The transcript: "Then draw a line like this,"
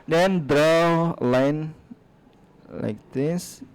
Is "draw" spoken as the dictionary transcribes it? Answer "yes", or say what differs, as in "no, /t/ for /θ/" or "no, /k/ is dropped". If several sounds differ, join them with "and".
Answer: yes